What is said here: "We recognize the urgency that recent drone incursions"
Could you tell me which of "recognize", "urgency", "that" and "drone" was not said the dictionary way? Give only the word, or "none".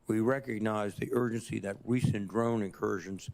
none